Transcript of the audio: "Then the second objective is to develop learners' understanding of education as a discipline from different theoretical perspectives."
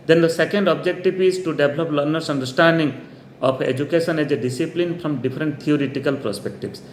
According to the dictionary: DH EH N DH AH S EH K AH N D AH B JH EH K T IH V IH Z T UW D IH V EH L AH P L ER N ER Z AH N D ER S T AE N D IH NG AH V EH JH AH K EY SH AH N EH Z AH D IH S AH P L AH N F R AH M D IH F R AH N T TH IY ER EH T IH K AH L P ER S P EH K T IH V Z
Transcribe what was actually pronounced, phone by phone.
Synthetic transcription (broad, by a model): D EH N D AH S EH K AH N D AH B JH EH K T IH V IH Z T UW D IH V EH L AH P L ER N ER S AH N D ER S T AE N D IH NG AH P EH JH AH K EY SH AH N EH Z AH D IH S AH P L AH N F R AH M D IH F R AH N T T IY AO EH T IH K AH L P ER S P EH K T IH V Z